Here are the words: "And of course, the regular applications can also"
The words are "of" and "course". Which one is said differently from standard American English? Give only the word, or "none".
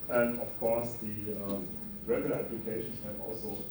of